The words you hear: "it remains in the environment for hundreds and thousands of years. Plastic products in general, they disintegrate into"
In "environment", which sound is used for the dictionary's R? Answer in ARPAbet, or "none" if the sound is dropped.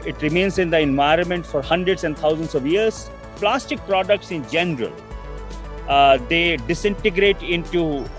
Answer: R